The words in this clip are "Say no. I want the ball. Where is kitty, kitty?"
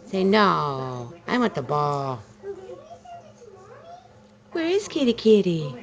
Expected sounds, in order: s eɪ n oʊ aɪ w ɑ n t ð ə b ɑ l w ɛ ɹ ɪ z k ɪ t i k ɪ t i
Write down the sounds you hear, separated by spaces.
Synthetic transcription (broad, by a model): s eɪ n oʊ aɪ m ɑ t ð ə b ɑ l w ɛ ɹ ɪ z k ɪ t i k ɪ t i